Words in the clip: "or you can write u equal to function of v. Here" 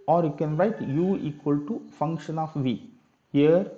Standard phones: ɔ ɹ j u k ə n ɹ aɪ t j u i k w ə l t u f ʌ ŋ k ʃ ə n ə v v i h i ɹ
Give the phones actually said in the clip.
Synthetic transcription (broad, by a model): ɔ ɹ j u k ə n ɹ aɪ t j u i k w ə l t u f ʌ ŋ k ʃ ə n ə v v i h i ɹ